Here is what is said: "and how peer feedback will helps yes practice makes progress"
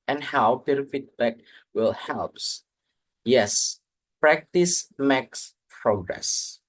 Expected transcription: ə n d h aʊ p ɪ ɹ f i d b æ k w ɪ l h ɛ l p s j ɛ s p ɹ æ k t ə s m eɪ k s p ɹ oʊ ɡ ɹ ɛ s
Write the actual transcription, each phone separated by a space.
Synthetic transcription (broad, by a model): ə n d h aʊ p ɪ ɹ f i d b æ k w ɪ l h ɛ l p s j ɛ s p ɹ æ k t ə s m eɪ k s p ɹ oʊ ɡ ɹ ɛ s